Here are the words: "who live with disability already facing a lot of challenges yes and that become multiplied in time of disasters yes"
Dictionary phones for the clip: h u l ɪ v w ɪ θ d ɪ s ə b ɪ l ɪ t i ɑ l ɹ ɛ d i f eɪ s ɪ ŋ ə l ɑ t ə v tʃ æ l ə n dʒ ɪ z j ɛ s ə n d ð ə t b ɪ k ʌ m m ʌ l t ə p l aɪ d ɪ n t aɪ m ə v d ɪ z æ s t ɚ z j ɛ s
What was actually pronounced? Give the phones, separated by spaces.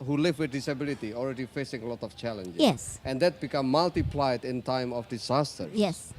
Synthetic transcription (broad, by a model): h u l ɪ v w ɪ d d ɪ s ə b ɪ l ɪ t i ɑ l ɹ ɛ d i f eɪ s ɪ ŋ ə l ɑ t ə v tʃ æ l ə n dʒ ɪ j ɛ s ə n d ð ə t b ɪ k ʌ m m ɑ l t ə p l aɪ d ɪ n t aɪ m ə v d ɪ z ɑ s t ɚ s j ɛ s